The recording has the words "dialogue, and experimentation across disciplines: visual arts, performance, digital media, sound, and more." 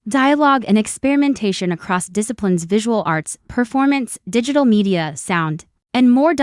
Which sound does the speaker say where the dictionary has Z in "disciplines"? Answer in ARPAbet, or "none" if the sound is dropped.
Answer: Z